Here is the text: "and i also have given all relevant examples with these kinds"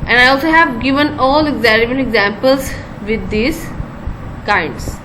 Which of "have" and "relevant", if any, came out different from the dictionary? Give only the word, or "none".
relevant